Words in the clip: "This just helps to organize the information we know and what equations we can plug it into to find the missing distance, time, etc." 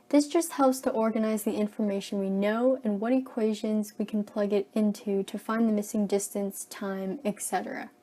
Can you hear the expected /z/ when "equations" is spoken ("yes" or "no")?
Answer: yes